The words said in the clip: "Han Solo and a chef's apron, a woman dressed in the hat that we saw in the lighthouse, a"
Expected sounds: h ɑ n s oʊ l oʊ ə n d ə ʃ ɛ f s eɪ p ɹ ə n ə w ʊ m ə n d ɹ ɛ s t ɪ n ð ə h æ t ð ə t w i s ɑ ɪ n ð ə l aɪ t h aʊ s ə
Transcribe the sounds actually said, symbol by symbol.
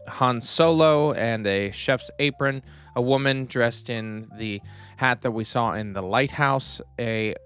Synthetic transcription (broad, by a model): h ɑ n s oʊ l oʊ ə n ə ʃ ɛ f s eɪ p ɹ ə n ə w ʊ m ə n d ɹ ɛ s t ɪ n ð ə h æ t ð ə t w i s ɑ ɪ n ð ə l aɪ t h aʊ s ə